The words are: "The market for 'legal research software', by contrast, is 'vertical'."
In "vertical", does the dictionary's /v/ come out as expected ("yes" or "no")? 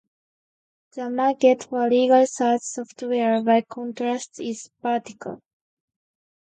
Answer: no